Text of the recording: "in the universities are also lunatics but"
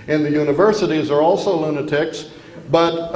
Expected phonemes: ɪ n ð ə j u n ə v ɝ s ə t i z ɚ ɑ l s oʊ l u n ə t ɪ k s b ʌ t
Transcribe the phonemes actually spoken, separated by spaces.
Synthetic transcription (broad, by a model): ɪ n ð ə j u n ə v ɝ s ə t i z ɚ ɑ l s oʊ l u n ə t ɪ k s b ʌ t